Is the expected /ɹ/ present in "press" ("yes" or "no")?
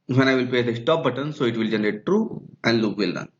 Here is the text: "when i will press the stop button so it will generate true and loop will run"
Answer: no